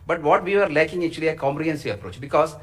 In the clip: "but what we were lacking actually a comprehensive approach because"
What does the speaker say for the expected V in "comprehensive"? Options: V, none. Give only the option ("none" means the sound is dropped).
none